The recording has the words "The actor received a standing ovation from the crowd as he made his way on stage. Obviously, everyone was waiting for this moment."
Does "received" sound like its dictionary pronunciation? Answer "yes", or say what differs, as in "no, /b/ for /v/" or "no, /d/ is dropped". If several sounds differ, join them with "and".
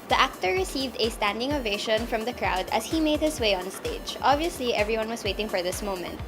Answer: yes